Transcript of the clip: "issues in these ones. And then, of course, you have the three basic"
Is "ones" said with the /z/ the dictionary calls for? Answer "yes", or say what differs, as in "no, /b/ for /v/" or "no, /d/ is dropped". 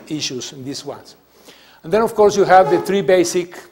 no, /s/ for /z/